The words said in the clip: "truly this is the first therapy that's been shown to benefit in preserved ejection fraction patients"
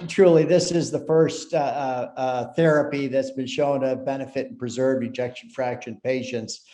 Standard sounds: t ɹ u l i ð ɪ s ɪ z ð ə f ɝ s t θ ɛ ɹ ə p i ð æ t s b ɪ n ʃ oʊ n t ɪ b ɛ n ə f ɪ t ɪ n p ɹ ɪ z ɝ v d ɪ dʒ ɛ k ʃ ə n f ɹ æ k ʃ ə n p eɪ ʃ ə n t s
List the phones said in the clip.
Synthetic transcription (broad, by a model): t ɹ u l i ð ɪ s ɪ z ð ə f ɝ s t θ ɛ ɹ ə p i ð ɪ t s b ɪ n ʃ oʊ n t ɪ b ɛ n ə f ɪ t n p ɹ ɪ z ɝ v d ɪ dʒ ɛ k ʃ n f ɹ æ k ʃ ə n p eɪ ʃ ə n t s